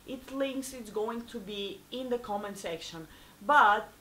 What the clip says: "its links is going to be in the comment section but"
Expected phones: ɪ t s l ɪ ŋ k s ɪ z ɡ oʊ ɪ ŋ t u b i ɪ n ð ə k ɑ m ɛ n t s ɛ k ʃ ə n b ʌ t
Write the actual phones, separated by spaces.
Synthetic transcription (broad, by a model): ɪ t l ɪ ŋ k s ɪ s ɡ oʊ ɪ ŋ t u b i ɪ n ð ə k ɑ m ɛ n s ɛ k ʃ ə n b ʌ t